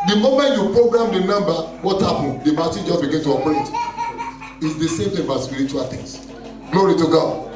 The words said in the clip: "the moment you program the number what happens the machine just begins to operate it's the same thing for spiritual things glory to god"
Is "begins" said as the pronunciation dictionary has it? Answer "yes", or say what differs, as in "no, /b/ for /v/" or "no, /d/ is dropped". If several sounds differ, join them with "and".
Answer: no, /z/ is dropped